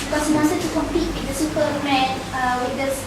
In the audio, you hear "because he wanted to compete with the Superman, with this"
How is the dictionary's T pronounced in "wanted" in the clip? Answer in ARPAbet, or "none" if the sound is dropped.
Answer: S